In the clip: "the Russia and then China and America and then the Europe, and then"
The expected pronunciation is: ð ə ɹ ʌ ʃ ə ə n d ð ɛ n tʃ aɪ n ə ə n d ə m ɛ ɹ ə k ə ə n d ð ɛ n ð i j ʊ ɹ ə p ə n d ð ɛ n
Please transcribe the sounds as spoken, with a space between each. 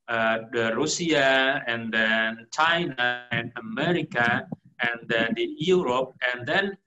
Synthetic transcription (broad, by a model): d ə ɹ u s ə ə n d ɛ n tʃ aɪ n ə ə n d ə m ɛ ɹ ə k ə ə n d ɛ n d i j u ɹ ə p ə n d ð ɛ n